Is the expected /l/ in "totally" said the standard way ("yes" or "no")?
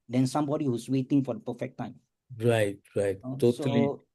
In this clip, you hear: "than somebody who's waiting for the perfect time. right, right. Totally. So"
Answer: no